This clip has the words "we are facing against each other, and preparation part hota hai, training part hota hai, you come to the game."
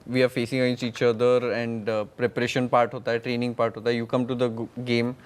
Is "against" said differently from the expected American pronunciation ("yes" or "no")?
yes